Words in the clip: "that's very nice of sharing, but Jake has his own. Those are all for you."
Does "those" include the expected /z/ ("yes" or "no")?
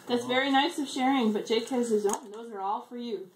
yes